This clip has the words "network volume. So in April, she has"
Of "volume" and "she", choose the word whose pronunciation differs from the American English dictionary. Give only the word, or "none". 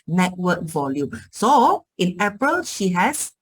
none